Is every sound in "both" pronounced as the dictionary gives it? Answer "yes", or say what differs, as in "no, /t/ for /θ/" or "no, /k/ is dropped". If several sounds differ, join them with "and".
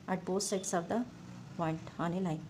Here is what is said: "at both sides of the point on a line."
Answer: no, /s/ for /θ/